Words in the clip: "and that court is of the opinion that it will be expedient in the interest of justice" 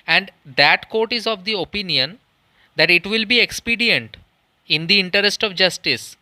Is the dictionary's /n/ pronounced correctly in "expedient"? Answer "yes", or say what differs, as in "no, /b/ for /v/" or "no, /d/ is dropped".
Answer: yes